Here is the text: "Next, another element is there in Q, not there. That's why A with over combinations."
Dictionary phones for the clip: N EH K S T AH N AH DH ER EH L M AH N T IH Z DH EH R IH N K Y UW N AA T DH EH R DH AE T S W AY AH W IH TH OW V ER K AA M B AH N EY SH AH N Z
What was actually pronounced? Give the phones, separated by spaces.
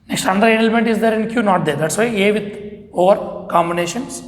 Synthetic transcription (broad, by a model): N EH K S T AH N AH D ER EH L M AH N T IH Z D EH R IH N K Y UW N AA T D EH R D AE T S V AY AH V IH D OW V ER K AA M B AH N EY SH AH N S